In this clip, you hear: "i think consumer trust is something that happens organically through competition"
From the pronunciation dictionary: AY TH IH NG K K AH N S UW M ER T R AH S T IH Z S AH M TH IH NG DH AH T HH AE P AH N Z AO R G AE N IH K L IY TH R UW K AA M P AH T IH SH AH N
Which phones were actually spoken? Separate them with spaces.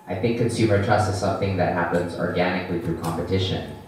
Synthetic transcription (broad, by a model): AY TH IH NG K K AH N S UW M ER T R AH S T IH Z S AH M TH IH NG DH AH T HH AE P AH N Z AO R G AE N IH K L IY TH R UW K AA M P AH T IH SH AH N